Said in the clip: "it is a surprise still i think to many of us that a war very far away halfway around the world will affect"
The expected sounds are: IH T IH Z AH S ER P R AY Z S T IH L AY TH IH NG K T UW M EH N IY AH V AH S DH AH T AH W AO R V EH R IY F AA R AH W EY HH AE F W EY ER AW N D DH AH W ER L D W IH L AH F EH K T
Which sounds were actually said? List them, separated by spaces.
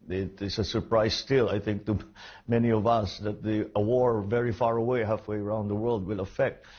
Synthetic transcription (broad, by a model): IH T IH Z AH S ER P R AY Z S T IH L AY TH IH NG K T UW M EH N IY AH V AH S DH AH T AH W AO R V EH R IY F AA R AH W EY HH AE F W EY ER AW N D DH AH W ER L D W IH L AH F EH K T